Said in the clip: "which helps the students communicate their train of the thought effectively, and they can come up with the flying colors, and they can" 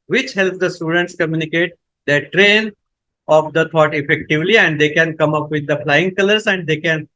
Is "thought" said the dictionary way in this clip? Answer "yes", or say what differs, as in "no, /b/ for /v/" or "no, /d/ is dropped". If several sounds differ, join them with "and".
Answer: no, /t/ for /θ/